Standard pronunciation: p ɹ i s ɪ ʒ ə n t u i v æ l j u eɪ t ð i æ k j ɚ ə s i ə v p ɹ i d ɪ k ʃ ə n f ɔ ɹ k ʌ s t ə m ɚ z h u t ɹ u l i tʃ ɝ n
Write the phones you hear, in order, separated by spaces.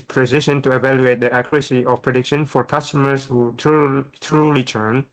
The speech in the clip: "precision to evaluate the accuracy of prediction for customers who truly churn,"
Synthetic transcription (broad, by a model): p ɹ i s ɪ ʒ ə n t u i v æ l j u eɪ t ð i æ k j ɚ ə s i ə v p ɹ i d ɪ k ʃ ə n f ɔ ɹ k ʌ s t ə m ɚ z h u t ɹ u l i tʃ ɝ n